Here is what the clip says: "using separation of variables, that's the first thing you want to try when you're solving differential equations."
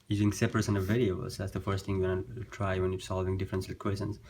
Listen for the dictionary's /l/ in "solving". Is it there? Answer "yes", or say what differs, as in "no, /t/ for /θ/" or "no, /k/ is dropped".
yes